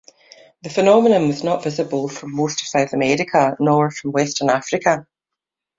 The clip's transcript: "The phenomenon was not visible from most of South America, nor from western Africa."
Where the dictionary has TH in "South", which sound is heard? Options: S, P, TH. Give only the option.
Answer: TH